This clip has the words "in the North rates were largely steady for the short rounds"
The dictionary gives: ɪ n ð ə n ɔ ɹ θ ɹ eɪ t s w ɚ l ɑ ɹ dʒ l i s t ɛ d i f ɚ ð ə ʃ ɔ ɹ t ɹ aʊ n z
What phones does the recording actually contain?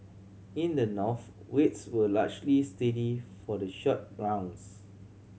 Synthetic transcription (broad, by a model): ɪ n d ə n ɔ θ w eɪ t s w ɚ l ɑ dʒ l i s t ɛ d i f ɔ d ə ʃ ɔ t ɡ ɹ aʊ n s